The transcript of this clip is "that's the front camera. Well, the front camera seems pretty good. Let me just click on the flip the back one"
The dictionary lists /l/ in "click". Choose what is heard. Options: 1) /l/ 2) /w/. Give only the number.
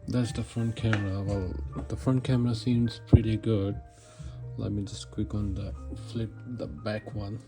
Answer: 2